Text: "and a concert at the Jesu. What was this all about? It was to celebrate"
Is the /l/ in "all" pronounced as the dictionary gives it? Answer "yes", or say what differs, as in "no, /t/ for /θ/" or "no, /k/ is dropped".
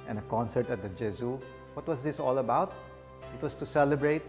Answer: yes